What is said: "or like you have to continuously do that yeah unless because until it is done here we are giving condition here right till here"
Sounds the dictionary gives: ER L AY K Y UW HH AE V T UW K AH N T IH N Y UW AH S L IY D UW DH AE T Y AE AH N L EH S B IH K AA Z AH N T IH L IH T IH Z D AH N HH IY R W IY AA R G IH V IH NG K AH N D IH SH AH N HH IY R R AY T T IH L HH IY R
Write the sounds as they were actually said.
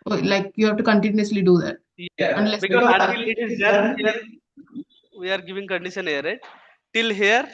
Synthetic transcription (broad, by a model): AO L AY K Y UW HH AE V T UW K AH N T IH N Y UW AH S L IY D UW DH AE T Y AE AH N L EH S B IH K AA AH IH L IH T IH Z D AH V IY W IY AA R G IH V IH NG K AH N D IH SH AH N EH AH R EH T T IH L HH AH R